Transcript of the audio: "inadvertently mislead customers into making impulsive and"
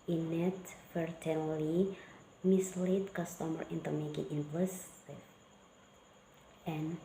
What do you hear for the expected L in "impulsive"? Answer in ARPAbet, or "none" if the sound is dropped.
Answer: none